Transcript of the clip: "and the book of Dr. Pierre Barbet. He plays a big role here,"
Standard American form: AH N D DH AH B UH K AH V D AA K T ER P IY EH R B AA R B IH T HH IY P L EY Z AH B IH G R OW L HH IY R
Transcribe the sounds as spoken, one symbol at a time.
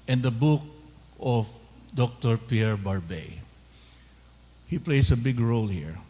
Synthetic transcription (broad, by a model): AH N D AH B UH K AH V D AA K T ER P IY EH R B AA R B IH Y HH IY P L EY S AH B IH G R OW L HH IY R